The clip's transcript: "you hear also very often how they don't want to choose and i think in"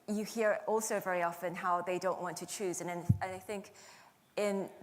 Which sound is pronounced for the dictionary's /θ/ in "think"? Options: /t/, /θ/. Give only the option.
/θ/